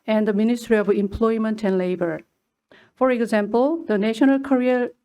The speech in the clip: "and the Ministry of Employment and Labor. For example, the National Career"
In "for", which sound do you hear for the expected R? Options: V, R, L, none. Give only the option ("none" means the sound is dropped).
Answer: R